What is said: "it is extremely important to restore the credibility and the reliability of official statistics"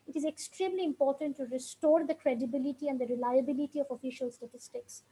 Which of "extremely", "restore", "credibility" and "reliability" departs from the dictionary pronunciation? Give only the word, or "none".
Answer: none